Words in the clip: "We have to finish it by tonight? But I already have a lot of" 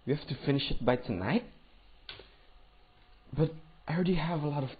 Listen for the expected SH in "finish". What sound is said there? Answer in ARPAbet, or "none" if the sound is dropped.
SH